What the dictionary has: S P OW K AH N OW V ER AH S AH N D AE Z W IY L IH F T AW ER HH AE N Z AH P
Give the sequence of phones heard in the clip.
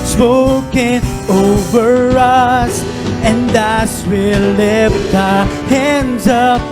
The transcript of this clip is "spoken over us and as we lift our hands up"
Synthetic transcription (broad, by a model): S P OW K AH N OW V ER AH S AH N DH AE S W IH L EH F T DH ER HH AE N Z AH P